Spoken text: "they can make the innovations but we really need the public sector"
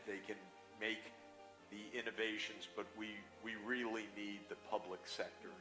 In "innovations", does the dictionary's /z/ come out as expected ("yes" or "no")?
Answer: yes